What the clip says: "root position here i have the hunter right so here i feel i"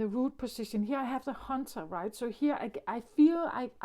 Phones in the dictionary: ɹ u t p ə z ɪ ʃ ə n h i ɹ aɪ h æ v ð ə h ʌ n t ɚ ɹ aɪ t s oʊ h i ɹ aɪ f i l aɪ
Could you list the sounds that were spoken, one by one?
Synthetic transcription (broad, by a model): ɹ u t p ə s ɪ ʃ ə n h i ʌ aɪ h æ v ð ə h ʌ n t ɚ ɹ aɪ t s oʊ h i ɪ aɪ f i l aɪ